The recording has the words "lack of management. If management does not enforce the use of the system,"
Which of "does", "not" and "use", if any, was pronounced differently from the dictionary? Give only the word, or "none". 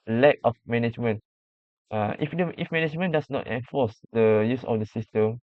does